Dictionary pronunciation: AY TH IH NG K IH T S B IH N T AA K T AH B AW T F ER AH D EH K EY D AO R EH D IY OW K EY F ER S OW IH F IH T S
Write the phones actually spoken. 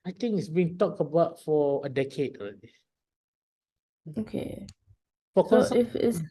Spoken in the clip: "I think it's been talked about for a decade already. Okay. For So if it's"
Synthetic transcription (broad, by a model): AY T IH NG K IH T S B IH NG T AA K T AH B AW T F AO AH D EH K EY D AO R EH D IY OW K EY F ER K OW IH F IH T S